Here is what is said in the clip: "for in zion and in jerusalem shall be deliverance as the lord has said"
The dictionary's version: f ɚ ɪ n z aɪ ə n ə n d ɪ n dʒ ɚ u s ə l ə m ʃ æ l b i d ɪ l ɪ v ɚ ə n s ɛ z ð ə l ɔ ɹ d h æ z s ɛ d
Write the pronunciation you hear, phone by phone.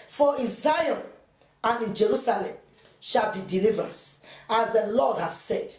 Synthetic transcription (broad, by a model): f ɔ ɪ n z aɪ ə n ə n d ɪ n dʒ ɚ u s ə l ə m ʃ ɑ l b i d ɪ l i v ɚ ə s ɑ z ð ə l ɔ d h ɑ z s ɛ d